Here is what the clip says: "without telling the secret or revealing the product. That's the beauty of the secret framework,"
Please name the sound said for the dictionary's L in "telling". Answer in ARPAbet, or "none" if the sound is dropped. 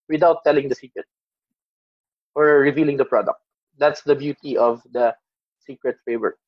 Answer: L